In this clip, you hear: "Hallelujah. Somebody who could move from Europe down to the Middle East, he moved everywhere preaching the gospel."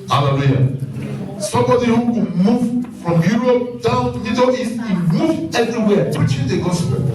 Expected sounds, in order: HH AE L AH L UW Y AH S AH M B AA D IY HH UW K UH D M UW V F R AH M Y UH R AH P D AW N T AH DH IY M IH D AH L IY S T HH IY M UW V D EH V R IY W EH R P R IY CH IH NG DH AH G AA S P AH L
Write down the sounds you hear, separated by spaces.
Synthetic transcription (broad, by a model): HH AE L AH L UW Y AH S AH M B AA D IY HH UW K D M UW V F R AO M Y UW R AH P D AW N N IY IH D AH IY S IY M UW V EH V R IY W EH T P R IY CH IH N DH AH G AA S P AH